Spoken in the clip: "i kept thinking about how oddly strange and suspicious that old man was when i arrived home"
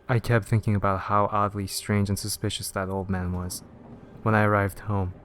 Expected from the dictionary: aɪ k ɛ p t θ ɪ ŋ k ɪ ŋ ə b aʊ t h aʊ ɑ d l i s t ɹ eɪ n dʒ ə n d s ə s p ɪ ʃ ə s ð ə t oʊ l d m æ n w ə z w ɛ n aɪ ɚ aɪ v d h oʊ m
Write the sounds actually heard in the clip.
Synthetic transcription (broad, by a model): aɪ k ɛ p t θ ɪ ŋ k ɪ ŋ ə b aʊ t h aʊ ɑ d l i s t ɹ eɪ n dʒ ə n s ə s p ɪ ʃ ə s ð ə t oʊ l d m æ n w ə z w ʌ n aɪ ɚ aɪ v d h oʊ m